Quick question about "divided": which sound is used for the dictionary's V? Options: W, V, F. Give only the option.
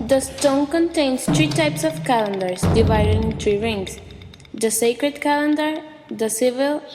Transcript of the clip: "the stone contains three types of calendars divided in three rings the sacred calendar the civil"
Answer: V